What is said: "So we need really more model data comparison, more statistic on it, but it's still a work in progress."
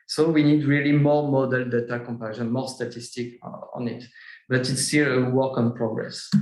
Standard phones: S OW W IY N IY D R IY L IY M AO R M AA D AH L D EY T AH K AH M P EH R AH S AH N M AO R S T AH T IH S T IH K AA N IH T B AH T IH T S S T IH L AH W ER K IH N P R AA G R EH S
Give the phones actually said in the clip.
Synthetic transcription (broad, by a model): S OW W IY N IY D R IY L IY M AO R M AA D AH L D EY T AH K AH M P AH SH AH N M AO R S T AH T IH S T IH K AA N IH T B AH T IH T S S T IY L AH W ER K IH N P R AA G R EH S